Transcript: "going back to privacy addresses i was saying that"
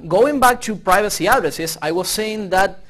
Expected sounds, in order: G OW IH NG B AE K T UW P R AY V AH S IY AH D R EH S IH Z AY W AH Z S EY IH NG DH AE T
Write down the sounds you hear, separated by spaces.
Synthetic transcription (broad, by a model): G OW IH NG B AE K T UW P R AY V AH S IY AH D R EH S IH S AY W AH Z S EY IH NG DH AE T